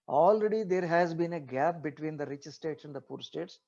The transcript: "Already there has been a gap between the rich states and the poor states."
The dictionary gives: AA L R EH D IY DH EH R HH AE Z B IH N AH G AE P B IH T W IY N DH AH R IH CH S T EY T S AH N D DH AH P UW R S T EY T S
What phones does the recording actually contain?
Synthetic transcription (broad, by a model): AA L R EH D IY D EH R HH AE Z B IH N AH G AE P B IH T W IY N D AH R IH CH S T EY T S AH N D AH P UW R S T EY T S